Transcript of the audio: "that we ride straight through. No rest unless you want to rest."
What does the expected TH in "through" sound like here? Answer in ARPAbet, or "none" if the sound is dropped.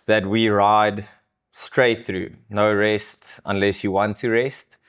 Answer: TH